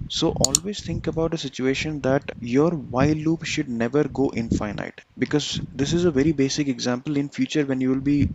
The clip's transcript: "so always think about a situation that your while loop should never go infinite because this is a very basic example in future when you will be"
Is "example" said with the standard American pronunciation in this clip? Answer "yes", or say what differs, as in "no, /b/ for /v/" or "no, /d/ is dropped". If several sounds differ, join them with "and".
yes